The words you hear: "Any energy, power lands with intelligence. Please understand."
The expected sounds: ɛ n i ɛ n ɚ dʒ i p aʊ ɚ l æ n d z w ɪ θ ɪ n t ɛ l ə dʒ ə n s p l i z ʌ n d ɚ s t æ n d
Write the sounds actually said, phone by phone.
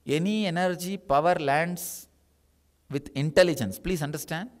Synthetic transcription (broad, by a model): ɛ n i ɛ n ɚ dʒ i p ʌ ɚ l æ n d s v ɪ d ɪ n t ɛ l ə dʒ ə n s p l i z ʌ n d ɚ s t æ n d